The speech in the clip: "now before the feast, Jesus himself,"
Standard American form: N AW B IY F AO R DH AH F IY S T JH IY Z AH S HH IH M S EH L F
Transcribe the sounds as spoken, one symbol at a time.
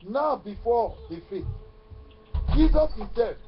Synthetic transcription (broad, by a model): N AW B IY F AO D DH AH F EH T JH IY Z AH S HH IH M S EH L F